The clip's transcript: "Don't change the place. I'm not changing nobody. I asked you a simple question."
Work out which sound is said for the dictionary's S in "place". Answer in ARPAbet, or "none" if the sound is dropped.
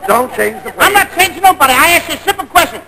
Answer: none